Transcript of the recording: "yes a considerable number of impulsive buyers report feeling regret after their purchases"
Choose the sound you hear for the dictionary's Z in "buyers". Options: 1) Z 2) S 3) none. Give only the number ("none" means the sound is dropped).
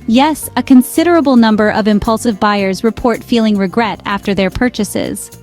1